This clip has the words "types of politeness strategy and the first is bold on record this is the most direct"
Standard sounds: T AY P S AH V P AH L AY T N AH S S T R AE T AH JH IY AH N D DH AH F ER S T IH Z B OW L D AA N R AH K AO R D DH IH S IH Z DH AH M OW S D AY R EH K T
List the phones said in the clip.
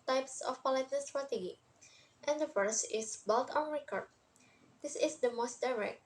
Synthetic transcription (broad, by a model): T AY P S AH F P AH L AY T AH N S T R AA T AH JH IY AH N D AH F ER S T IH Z B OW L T AA N R AH K AO R D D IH S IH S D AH M OW S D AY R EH K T